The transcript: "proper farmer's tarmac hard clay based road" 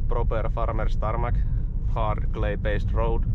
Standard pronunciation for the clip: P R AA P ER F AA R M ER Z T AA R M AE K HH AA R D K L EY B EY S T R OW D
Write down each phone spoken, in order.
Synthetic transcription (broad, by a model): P R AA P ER F AA R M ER S T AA R M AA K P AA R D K L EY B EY S T R OW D